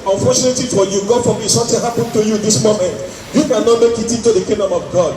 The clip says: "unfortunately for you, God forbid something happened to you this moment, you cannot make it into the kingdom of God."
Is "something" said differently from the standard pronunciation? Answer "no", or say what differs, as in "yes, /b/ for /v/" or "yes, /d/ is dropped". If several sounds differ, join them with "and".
yes, /t/ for /θ/